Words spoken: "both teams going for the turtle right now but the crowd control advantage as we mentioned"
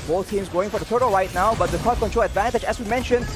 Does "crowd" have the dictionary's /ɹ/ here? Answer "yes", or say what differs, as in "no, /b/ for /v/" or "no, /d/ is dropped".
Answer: no, /ɹ/ is dropped